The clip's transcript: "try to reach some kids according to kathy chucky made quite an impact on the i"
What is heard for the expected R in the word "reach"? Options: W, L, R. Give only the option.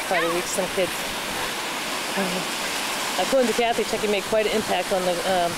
W